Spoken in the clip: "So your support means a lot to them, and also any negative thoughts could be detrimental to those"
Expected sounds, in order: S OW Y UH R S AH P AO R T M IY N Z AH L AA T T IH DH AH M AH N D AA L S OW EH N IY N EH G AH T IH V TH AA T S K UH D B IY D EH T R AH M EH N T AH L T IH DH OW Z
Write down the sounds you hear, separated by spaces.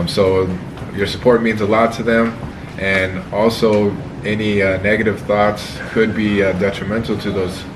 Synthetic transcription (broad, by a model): S OW Y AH R S AH P AO R T M IY N Z AH L AA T T IH DH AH M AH N AA L S OW EH N IY N EH G AH T IH V TH AA T S K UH D B IY D EH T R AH M EH N T L T IH DH OW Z